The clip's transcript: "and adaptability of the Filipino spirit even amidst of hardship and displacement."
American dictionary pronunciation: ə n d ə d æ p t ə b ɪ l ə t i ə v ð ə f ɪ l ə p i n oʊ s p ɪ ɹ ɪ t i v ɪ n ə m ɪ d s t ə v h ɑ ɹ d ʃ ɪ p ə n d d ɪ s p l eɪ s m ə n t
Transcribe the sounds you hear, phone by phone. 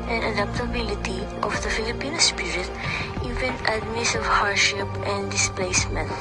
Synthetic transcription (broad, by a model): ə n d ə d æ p t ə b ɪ l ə t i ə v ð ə f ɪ l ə p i n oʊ s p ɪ ɹ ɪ t i v ɪ n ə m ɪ s ə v h ɑ ɹ d ʃ ɪ p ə n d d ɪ s p l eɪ s m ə n t